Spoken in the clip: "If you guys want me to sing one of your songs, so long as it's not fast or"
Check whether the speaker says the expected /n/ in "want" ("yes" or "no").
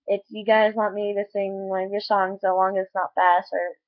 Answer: no